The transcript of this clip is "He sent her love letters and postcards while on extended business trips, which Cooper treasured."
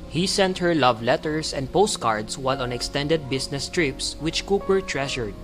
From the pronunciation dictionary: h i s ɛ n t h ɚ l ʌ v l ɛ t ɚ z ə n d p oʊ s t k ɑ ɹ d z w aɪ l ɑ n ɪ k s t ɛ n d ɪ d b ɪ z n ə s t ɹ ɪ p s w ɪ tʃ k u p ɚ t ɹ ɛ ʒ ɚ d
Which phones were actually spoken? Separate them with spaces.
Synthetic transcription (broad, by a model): h i s ɛ n t h ɚ l ʌ v l ɛ t ɚ s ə n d p oʊ s t k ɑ ɹ d s w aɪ l ɑ n ɪ k s t ɛ n d ɪ d b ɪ s n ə s t ɹ ɪ p s w ɪ tʃ k u p ɚ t ɹ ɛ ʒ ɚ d